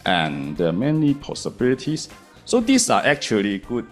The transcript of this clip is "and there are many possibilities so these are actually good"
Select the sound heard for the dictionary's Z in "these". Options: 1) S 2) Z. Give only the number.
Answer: 1